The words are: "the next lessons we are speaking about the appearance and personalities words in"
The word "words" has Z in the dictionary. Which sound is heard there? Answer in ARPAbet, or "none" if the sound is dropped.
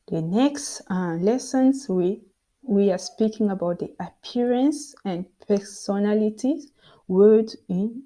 none